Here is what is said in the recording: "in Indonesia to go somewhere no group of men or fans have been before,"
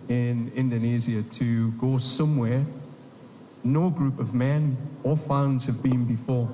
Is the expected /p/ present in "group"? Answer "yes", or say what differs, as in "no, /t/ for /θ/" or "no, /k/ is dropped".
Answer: yes